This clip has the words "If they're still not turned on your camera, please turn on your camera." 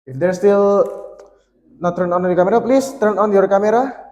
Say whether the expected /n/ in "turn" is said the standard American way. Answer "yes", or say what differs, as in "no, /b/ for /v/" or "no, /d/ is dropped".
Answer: yes